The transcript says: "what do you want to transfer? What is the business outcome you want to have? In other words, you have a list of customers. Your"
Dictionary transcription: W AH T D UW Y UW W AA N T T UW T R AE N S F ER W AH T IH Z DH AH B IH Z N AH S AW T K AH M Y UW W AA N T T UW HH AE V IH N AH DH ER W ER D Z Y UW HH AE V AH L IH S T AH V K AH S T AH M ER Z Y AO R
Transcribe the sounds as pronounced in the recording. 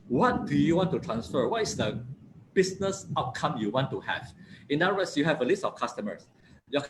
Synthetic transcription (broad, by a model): W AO T D UW Y UW W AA N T T UW T R AE N S F ER W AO T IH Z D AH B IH S N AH S AW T K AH M Y UW W AA N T T UW HH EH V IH N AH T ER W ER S Y UW HH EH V AH L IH S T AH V K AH S T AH M ER S Y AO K